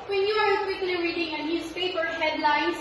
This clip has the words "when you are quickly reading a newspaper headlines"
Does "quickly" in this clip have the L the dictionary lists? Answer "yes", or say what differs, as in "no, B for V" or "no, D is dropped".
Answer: no, N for L